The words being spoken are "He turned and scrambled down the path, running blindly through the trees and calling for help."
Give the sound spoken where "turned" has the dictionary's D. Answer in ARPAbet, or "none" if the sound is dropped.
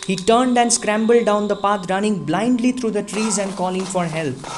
D